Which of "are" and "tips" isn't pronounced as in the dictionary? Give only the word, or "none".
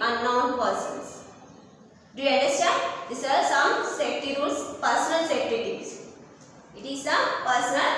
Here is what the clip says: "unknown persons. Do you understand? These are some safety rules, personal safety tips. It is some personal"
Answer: tips